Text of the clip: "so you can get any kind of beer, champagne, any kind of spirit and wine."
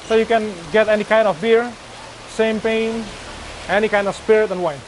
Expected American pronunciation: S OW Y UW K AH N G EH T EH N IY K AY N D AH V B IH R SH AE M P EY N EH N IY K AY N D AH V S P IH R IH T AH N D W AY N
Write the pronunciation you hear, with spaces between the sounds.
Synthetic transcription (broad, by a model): S OW Y UW K AH N G EH T EH N IY K AY N D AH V B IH R S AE M P EY N EH N IY K AY N D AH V S P IH R IH T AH N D W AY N